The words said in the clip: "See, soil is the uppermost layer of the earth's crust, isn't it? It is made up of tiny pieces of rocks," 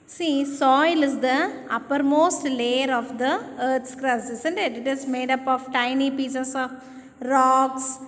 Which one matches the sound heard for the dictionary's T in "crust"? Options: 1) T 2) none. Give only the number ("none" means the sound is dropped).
2